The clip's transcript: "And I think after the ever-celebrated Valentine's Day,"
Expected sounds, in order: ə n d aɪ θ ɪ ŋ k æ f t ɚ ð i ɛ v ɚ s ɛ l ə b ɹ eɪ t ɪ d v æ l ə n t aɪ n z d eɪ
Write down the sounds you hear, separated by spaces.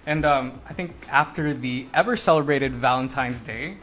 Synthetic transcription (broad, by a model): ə n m aɪ θ ɪ ŋ k æ f t ɚ ð i ɛ v ɚ s ɛ l ə b ɹ eɪ t ɪ d v æ l ə n t aɪ n z d eɪ